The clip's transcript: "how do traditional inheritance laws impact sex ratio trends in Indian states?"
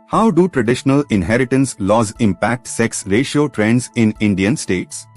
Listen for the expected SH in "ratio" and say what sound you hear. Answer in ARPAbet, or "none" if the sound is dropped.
SH